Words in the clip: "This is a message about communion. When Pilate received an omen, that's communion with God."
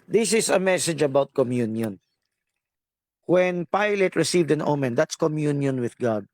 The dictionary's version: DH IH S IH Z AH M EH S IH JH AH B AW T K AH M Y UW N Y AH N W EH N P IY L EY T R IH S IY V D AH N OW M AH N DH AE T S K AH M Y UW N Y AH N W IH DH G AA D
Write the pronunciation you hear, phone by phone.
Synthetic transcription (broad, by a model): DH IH S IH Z AH M EH S IH JH AH B AW T K AH M Y UW N Y AH N W EH N P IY L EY T R IH S IY V D AH N OW M AH N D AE T S K AH M Y UW N Y AH N W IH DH G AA D